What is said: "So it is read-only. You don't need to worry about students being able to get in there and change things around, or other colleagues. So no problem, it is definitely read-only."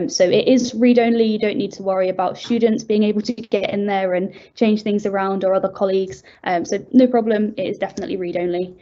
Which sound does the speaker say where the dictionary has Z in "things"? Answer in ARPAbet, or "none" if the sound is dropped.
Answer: Z